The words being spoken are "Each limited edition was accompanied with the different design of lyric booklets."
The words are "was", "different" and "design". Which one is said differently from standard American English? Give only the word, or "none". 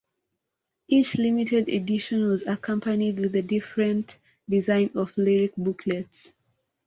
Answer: none